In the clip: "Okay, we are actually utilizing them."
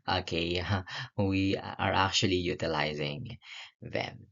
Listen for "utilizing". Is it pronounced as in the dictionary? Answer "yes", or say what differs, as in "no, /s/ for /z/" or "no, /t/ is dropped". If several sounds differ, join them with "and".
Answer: yes